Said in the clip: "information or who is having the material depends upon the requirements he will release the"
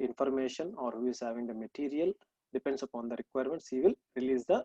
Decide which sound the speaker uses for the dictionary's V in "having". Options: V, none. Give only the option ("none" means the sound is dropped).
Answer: V